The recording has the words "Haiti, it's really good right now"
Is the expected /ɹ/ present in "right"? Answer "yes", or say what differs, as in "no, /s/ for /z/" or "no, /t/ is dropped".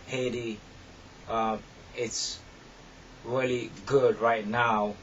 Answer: yes